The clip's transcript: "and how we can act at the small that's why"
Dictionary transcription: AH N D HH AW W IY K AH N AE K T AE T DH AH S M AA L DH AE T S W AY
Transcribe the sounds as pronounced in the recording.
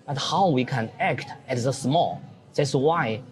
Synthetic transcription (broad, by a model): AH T HH AW W IY K AH N AE K T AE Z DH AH S M AA L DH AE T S W AY